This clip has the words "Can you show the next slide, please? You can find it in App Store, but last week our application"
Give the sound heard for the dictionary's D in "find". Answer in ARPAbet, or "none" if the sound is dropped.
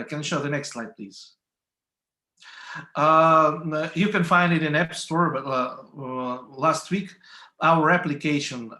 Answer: D